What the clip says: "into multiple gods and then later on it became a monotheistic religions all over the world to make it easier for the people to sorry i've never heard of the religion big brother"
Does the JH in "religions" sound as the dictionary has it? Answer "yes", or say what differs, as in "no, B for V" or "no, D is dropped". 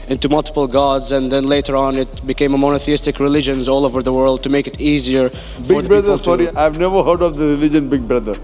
yes